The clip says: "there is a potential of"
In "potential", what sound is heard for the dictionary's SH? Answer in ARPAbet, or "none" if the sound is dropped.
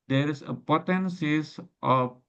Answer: S